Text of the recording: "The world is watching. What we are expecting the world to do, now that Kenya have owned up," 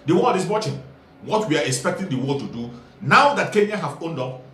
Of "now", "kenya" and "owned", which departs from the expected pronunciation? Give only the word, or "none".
none